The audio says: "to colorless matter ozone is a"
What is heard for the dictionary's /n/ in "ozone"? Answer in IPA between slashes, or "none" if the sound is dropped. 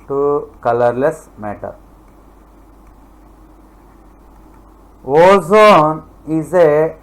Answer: /n/